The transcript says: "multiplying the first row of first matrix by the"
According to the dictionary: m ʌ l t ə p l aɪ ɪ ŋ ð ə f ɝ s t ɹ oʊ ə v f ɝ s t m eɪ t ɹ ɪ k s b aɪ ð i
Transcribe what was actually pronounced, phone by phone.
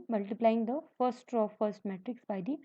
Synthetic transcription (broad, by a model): m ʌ l t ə p l aɪ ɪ ŋ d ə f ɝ s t ɹ oʊ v f ɝ s t m eɪ t ɹ ɪ k s b aɪ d i